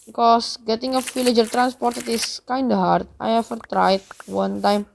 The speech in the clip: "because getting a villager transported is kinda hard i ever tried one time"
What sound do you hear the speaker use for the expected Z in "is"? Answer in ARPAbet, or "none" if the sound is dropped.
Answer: S